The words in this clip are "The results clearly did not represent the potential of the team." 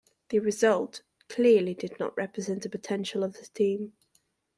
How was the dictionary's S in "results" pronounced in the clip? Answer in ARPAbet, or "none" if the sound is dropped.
none